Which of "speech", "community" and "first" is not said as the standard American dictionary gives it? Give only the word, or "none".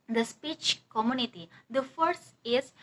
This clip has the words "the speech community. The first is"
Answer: first